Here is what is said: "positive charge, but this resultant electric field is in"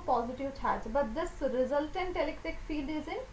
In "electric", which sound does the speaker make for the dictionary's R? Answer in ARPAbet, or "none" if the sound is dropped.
none